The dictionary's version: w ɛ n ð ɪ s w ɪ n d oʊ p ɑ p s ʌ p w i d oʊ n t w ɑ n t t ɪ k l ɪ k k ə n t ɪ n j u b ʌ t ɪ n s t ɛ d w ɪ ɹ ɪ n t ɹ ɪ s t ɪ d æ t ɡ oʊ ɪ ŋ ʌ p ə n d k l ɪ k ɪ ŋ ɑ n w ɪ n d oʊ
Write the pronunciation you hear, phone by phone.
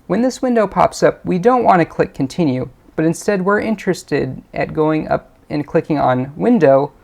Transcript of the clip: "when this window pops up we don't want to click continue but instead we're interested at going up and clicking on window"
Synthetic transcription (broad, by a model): w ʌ n ð ɪ s w ɪ n d oʊ p ɑ p s ʌ p w i d oʊ n t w ɑ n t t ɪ k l ɪ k k n t ɪ n j u b ʌ t ɪ n s t ɛ d w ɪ ɹ ɪ n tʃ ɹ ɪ s t ɪ d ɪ t ɡ oʊ ɪ ŋ ʌ p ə n k l ɪ k ɪ ŋ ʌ n w ɪ n d oʊ